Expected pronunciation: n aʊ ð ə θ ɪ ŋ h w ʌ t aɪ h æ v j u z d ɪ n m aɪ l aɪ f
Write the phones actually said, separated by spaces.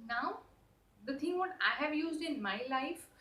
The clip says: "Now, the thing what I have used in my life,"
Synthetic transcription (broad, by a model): n aʊ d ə t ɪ ŋ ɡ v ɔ t aɪ h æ v j u z d ɪ n m aɪ l aɪ f